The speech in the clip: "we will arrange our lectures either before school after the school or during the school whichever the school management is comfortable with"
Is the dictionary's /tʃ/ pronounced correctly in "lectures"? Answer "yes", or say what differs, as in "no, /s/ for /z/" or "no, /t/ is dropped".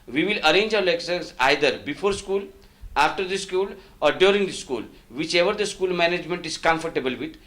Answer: no, /s/ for /tʃ/